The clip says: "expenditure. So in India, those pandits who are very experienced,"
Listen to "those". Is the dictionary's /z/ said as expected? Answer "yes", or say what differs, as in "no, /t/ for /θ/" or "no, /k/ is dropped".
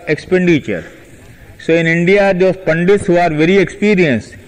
no, /z/ is dropped